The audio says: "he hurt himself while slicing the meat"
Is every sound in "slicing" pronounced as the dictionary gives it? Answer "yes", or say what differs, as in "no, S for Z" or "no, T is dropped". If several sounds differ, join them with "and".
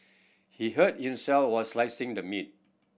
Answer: yes